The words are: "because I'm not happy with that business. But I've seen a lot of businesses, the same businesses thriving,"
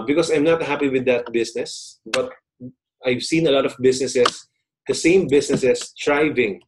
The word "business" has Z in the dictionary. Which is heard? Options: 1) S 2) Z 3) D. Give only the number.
1